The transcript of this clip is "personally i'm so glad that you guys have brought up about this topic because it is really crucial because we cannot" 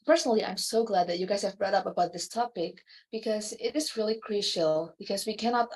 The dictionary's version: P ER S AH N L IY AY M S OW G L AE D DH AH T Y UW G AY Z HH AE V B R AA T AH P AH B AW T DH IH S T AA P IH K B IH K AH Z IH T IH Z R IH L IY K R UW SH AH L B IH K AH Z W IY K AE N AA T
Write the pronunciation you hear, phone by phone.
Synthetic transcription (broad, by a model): P ER S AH N L IY AY M S OW G L AE D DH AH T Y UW G AY Z HH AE V B R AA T AH P AH B AW T DH IH S T AA P IH K B IH K AH Z IH T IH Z R IH L IY K R UW SH AH L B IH K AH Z W IY K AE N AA T